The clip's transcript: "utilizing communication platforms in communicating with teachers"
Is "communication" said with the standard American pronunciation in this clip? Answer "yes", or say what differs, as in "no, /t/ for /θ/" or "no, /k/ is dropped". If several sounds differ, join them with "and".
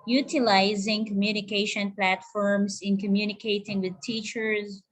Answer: yes